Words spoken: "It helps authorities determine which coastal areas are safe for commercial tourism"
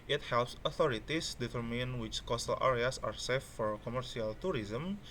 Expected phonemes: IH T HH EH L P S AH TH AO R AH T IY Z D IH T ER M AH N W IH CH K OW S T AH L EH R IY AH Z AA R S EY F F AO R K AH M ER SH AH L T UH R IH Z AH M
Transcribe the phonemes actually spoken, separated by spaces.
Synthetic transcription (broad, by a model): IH T HH EH L P S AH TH AO R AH T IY S D IH T ER M AH N W IH CH K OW S T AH L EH R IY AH S AA R S EY F F AO R K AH M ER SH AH L T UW R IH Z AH M